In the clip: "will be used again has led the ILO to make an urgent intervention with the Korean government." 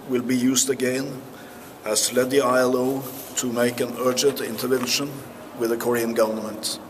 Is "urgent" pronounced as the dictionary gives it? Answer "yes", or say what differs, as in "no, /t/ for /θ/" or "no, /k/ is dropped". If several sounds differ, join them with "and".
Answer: yes